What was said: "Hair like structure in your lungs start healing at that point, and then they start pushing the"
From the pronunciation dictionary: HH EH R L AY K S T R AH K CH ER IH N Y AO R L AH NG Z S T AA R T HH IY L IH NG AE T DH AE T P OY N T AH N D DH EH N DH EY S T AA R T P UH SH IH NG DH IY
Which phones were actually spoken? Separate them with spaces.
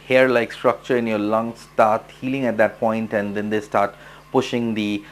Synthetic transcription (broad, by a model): HH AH R L AY K S T R AH K CH ER IH N Y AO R L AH NG S T AA R T HH IY L IH NG AE T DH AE T P OY N T AH N D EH N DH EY S T AA R T P UH SH IH NG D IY